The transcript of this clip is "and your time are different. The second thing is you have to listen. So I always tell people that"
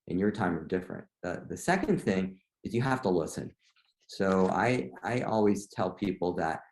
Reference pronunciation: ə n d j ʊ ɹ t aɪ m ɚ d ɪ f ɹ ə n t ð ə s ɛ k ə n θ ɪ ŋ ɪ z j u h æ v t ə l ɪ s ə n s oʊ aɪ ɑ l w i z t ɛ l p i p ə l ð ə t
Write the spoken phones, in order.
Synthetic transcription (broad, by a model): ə n j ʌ ɹ t aɪ m ɚ d ɪ f ɹ ə n t ð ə s ɛ k ə n θ ɪ ŋ ɪ z j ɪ h æ f t ə l ɪ s ə n s oʊ aɪ ɑ l w i z t ɛ l p i p l ð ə t